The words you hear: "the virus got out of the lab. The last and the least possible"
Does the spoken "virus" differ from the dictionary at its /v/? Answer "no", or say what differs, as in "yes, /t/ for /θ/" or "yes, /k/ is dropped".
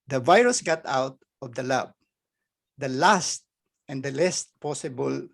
no